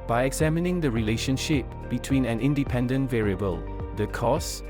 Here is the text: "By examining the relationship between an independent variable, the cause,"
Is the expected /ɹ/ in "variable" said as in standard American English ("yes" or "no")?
yes